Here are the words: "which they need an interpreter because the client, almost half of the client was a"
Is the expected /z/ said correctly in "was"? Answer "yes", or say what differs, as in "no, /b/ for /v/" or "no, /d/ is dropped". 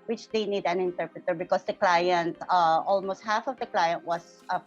no, /s/ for /z/